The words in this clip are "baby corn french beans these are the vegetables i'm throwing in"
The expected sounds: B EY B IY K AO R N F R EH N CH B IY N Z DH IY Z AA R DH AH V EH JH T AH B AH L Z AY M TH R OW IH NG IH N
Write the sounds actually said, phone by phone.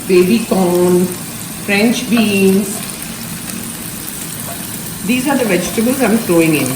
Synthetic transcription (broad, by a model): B EY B IY K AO N F R EH N CH B IY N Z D IY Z AA R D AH V EH JH T AH B AH L Z AY M F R OW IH NG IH N